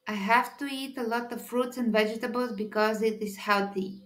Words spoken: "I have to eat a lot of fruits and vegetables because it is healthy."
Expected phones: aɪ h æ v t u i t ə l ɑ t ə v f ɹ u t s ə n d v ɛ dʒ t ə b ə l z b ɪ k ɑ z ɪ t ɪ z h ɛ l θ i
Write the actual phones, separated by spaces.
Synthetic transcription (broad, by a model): aɪ h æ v t u i t ə l ɑ t ə v f ɹ u t s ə n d v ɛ dʒ t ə b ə l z b ɪ k ɑ z ɪ t ɪ z h ɛ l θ i